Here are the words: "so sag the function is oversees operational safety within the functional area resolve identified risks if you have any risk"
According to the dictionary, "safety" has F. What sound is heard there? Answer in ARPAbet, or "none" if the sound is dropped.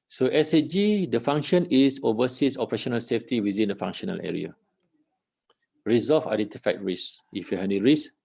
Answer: F